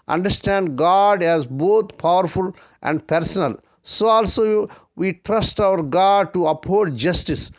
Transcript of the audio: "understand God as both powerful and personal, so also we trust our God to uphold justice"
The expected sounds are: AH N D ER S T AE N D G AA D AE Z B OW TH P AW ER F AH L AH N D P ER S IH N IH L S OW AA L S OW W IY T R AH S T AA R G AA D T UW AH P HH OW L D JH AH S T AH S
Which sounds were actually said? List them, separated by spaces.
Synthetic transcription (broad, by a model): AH N D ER S T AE N D G AA D AE Z B OW T P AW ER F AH L AH N D P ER S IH N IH L S OW AA L S OW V IY T R AH S T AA R G AA D T UW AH P HH OW D JH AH S T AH S